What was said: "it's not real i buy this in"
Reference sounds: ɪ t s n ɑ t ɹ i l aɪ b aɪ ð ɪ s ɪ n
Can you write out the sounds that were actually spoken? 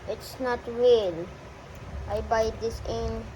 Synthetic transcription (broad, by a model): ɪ t s n ɑ t ɹ i l aɪ b aɪ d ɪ s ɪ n